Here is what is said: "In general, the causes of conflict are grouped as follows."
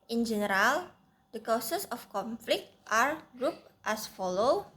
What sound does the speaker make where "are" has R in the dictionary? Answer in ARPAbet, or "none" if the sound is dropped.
R